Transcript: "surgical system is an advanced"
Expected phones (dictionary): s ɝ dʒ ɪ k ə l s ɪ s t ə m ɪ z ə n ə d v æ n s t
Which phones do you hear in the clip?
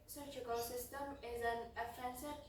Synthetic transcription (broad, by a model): s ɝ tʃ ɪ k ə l s ɪ s t ə m ɪ z ə n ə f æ n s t